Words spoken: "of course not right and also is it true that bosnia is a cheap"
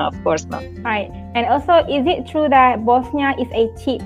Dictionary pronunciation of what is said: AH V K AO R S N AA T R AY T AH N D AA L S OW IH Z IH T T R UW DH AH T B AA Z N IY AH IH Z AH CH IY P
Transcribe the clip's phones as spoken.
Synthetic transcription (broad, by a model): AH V K AO R S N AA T R AY T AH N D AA L S OW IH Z IH T T R UW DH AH T B AA S N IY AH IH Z AH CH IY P